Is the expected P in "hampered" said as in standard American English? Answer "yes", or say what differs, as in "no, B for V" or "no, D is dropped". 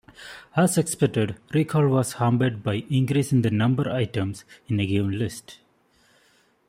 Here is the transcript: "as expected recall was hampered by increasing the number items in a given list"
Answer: no, B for P